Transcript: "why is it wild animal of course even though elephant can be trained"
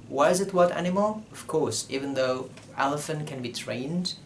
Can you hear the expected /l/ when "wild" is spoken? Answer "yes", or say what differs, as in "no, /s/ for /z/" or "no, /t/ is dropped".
no, /l/ is dropped